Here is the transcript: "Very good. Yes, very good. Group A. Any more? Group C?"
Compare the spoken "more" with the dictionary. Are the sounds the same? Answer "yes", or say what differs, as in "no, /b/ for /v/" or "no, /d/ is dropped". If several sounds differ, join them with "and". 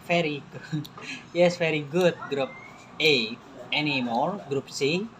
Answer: no, /l/ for /ɹ/